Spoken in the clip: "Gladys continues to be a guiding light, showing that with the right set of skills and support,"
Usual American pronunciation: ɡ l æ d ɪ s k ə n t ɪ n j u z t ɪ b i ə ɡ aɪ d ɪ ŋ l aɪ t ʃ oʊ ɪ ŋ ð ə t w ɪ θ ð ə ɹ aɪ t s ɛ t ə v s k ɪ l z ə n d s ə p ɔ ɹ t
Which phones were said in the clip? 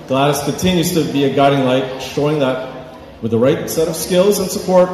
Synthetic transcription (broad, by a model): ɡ l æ d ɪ s k ə n t ɪ n j u z t ɪ b i ə ɡ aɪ d ɪ ŋ l aɪ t ʃ oʊ ɪ ŋ ð ə t w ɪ ð ə ɹ aɪ t s ɛ t ə v s k ɪ l z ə n s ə p ɔ ɹ t